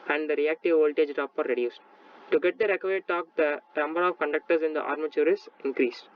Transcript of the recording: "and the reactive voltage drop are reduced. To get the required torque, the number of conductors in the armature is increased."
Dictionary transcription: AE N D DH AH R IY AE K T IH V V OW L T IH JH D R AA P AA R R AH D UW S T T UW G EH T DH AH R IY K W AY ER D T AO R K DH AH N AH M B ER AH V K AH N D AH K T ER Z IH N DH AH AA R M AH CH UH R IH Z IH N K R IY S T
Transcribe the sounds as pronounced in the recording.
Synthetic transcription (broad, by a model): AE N D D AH R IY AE K T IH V V OW L T IH JH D R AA P AA R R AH D UW S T T UW G EH T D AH R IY K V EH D T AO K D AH N AH M B ER AH V K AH N D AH K T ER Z IH N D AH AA R M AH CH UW R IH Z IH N K R IY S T